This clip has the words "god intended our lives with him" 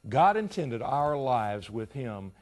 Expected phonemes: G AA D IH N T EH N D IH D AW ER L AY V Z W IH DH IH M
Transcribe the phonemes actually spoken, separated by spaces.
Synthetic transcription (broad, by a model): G AA D IH N T EH N D IH D AW ER L AY V Z W IH DH IH M